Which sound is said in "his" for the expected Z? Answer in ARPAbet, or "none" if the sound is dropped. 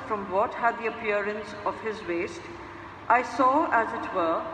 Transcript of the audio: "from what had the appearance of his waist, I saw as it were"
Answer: Z